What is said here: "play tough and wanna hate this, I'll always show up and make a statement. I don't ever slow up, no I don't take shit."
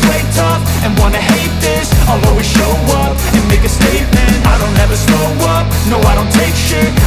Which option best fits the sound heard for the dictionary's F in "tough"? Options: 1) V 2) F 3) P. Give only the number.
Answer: 3